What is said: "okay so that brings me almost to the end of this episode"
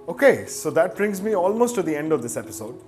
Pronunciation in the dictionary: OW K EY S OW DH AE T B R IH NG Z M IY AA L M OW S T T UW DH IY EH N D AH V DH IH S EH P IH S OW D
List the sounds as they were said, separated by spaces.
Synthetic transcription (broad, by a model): OW K EY S OW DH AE T B R IH NG Z M IY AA L M OW S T T UW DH IY EH N D AH V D IH S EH P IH S OW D